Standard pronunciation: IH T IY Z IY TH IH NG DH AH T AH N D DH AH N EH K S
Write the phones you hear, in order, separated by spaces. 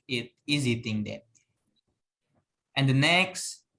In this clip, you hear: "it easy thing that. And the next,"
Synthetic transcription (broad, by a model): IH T IY Z IY T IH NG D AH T AH N D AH N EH K S